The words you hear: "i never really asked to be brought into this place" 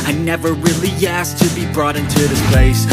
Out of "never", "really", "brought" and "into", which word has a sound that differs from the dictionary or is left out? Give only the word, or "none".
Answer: none